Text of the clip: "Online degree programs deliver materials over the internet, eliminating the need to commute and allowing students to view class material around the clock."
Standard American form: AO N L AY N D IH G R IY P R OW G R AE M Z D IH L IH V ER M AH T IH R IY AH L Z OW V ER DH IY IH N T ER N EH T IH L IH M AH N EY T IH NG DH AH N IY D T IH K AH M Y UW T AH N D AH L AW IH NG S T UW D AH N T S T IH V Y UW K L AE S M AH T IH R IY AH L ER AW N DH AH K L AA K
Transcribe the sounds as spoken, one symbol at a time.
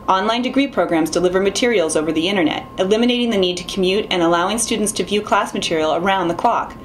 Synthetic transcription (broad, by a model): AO N L AY N D IH G R IY P R OW G R AE M Z D IH L IH V ER M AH T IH R IY L Z OW V ER DH IY IH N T ER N EH T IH L IH M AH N EY T IH NG DH AH N IY D T IH K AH M Y UW T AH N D AH L AW IH NG S T UW D N T S T IH V Y UW K L AE S M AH T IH R IY L ER AW N DH AH K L AA K